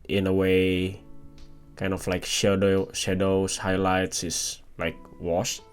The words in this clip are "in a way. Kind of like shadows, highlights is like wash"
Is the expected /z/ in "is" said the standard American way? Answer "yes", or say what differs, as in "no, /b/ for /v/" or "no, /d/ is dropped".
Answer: no, /s/ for /z/